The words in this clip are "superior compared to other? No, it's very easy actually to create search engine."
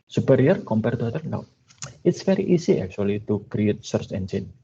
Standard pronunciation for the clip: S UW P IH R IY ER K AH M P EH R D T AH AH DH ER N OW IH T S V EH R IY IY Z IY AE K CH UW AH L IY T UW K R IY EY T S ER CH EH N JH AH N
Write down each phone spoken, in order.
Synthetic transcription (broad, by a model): S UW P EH R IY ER K AH M P EH R D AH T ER N OW IH T S F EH R IY IY S IY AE K CH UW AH L IY T UW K R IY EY T S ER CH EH N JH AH N